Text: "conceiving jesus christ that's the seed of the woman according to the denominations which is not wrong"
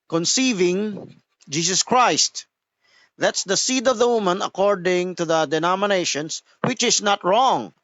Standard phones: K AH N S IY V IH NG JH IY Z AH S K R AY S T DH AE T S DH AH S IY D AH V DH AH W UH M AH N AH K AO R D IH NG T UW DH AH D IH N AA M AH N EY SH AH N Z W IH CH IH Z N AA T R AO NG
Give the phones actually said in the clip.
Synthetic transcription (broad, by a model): K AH N S IY V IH NG JH IY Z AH S K R AY S T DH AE T S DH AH S IY D AH V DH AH W UH M AH N AH K AO R D IH NG T UW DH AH D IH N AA M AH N EY SH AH N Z W IH CH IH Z N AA T R AO NG